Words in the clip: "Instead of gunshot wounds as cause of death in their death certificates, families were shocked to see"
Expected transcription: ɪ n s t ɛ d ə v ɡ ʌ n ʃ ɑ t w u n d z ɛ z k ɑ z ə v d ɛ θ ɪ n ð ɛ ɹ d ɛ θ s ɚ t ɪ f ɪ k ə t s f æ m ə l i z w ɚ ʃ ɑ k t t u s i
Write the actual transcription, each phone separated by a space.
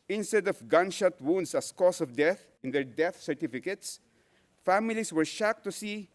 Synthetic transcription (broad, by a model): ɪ n s t ɛ d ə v ɡ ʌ n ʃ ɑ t w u n d s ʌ s k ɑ s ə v d ɛ θ ɪ n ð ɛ ɹ d ɛ θ s ɚ t ɪ f ɪ k ə t s f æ m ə l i s w ɚ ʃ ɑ k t t u s i